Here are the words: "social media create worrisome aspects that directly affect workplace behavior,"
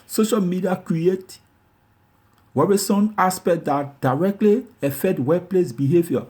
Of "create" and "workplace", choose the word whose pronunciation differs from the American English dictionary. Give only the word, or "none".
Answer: workplace